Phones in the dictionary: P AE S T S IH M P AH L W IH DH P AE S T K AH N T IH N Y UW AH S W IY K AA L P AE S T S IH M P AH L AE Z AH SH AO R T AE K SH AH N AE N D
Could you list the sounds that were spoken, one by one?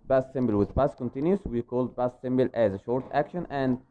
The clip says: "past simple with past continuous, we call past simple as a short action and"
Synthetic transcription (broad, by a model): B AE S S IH M B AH L W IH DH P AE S K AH N T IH N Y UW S W IY K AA L B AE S S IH M B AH L AE Z AH SH AO R T AE K SH AH N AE N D